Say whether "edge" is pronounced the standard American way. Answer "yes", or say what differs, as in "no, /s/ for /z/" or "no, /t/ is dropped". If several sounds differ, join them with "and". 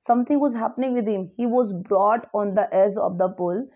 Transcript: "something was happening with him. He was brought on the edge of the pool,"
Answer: no, /z/ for /dʒ/